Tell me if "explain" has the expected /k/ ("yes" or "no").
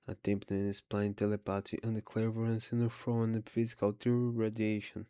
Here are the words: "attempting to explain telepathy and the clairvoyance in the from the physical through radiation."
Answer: no